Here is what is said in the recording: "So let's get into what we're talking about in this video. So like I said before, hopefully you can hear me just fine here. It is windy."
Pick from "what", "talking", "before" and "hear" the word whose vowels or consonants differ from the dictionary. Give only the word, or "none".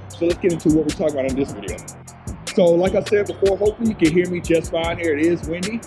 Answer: none